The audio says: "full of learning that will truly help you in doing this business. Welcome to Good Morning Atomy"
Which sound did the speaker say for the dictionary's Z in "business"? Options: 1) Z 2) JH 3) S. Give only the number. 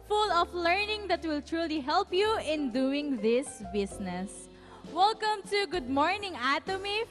3